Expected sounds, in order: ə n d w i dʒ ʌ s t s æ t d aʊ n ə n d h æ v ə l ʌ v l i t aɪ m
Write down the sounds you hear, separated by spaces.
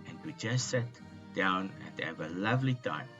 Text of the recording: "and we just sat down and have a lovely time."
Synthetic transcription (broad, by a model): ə n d w i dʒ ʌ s s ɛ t d aʊ n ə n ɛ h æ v ə l ʌ v l i t aɪ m